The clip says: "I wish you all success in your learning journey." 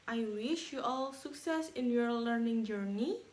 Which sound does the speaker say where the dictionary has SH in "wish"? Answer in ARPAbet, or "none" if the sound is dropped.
SH